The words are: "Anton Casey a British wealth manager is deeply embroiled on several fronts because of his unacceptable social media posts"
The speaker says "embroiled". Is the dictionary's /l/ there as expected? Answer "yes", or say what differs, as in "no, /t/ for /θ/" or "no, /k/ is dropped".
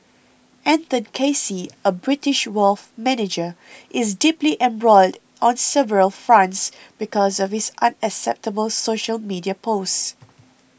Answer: yes